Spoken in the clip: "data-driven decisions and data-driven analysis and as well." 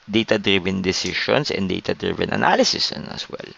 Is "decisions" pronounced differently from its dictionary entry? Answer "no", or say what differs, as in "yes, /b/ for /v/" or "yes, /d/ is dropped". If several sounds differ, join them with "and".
yes, /ʃ/ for /ʒ/ and /s/ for /z/